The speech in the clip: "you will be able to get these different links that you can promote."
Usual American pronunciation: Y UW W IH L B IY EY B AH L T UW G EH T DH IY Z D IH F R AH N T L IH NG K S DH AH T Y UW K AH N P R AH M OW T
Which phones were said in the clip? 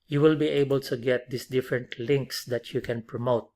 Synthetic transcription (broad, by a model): Y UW W IH L B IY EY B AH L T UW G EH T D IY S D IH F R AH N T L IH NG K S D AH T Y UW K AH N P R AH M OW T